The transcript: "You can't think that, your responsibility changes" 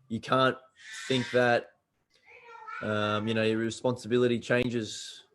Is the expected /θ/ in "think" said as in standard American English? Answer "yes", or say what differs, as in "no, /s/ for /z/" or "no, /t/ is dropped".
yes